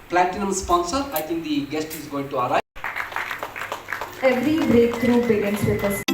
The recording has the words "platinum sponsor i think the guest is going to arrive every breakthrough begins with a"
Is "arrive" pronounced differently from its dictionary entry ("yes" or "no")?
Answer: yes